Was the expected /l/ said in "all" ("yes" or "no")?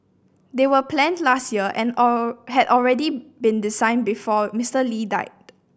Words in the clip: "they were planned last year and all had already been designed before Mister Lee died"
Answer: no